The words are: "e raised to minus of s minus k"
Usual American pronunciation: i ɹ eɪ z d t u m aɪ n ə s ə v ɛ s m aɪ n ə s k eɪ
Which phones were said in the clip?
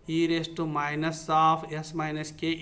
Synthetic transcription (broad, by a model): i ɹ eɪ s t u m aɪ n ə s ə p ɛ s m aɪ n ə s k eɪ